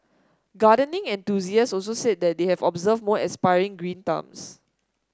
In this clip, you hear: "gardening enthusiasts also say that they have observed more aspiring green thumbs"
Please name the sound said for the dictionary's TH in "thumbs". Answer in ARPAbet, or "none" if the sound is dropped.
T